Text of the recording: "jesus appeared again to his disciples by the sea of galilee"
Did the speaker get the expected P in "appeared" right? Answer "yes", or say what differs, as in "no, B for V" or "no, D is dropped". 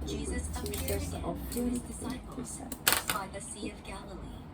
no, P is dropped